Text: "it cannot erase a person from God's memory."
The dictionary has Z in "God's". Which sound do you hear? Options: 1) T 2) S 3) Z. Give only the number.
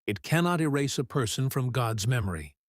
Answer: 3